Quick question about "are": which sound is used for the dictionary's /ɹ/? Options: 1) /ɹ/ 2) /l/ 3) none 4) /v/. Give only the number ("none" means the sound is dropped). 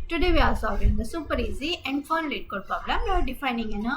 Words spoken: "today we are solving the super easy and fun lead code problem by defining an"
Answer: 2